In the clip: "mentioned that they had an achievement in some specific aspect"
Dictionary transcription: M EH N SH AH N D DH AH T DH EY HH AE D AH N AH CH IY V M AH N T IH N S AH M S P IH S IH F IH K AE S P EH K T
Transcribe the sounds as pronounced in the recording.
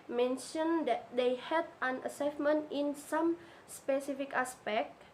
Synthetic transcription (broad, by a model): M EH N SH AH N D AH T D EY HH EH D AH N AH S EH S M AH N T IH N S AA M S P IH S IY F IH K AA S P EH K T